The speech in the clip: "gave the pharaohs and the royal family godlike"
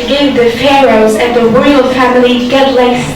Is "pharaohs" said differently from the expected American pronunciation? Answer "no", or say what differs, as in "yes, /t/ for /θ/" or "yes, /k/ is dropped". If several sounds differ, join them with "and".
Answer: no